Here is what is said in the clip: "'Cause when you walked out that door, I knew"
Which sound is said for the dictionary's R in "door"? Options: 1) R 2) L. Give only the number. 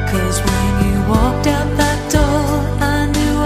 2